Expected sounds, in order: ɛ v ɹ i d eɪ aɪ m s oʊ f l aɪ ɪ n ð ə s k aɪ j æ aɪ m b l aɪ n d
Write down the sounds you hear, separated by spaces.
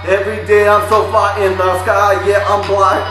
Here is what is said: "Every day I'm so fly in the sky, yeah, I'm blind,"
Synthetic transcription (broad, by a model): ɛ v ɹ i d eɪ aɪ m s oʊ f aɪ ɪ n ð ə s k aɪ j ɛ aɪ m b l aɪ